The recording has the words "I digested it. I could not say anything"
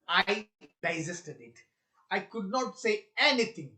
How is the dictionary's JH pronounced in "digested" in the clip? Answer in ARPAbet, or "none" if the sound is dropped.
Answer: Z